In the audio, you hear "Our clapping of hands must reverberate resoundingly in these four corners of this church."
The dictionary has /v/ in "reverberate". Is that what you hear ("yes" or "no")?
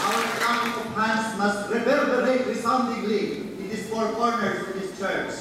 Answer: no